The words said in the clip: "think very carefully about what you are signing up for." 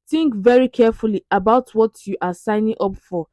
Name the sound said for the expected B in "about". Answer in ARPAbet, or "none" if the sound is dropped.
B